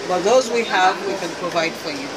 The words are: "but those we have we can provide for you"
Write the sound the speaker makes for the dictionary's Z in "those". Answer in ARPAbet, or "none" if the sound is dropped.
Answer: Z